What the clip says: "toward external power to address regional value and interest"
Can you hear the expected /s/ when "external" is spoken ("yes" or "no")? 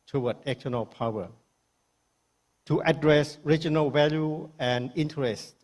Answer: no